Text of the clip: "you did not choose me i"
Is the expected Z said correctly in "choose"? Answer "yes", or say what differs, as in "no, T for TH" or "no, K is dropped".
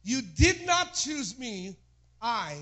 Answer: yes